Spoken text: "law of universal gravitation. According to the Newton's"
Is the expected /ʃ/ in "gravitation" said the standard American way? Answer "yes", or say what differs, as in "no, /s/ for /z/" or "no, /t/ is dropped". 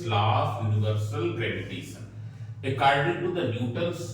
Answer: no, /s/ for /ʃ/